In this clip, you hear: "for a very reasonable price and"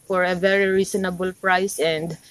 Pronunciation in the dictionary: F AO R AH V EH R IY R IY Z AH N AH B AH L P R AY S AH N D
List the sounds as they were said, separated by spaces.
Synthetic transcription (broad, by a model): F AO R AH V EH R IY R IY S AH N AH B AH L P R AY S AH N D